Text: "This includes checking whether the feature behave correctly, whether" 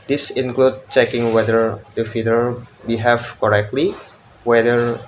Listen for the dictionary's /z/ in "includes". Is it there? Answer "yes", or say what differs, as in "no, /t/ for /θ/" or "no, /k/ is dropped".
no, /z/ is dropped